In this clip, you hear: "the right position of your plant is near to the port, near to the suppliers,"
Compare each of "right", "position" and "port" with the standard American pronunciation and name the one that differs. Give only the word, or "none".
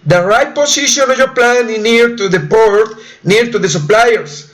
position